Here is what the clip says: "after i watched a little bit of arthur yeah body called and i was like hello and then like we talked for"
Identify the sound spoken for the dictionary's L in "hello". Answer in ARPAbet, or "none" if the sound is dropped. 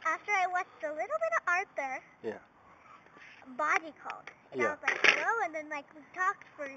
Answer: none